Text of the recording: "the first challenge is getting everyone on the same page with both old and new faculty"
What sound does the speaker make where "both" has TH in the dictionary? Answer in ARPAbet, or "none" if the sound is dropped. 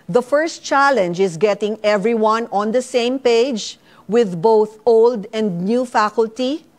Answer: TH